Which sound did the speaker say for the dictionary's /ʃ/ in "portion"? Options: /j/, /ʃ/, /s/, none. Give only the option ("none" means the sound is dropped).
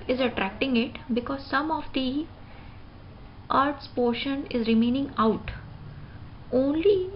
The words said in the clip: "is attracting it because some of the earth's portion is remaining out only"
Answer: /ʃ/